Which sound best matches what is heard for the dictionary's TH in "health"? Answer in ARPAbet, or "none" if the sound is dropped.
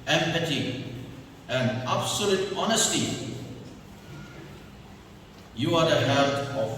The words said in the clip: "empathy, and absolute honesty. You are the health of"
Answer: T